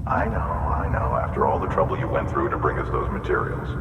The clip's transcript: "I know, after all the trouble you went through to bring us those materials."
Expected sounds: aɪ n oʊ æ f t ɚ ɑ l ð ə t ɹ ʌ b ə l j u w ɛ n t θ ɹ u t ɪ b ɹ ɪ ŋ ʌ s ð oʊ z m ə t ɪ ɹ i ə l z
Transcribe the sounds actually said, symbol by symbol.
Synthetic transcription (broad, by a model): aɪ n oʊ æ f t ɚ ɑ l ð ə t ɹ ʌ b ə l j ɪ w ɛ n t θ ɹ u t ɪ b ɹ ɪ ŋ ʌ s ð oʊ z m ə t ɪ ɹ i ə l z